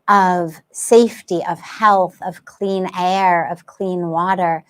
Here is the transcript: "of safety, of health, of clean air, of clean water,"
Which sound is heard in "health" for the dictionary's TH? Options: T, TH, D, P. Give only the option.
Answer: TH